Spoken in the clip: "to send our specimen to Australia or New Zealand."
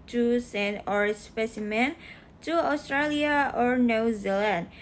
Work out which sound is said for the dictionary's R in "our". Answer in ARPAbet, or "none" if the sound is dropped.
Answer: R